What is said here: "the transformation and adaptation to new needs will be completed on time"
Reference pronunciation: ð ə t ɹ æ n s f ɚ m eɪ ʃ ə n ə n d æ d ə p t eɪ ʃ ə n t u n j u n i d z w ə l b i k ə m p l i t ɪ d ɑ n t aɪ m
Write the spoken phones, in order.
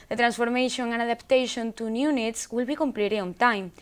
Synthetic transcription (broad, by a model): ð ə t ɹ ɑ n s f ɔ m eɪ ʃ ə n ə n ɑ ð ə p t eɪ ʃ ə n t u n j u n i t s w ə l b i k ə m p l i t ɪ ɑ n t aɪ m